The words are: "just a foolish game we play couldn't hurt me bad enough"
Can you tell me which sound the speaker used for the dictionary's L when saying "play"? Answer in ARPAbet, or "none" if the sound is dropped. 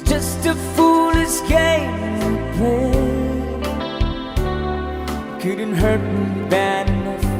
none